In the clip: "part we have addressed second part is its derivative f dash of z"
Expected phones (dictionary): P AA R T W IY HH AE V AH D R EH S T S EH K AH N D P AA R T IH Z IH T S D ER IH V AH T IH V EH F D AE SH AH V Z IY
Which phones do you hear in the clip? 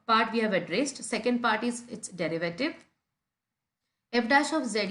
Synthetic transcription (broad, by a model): P AA R T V IY HH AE V AH D R EH S T S EH K AH N D P AA R T IH Z IH T S D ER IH V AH T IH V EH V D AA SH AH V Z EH